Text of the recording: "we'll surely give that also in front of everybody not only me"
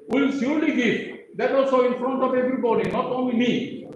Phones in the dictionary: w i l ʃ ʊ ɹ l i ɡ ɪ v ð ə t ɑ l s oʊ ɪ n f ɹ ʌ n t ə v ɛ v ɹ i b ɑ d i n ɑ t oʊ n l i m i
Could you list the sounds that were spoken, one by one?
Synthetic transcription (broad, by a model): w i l s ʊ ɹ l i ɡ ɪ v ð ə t ɑ l s oʊ ɪ n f ɹ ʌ n t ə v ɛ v ɹ i b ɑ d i n ɑ t oʊ n l i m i